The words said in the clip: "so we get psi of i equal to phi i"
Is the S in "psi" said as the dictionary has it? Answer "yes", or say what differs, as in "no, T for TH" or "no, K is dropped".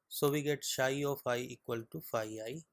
no, SH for S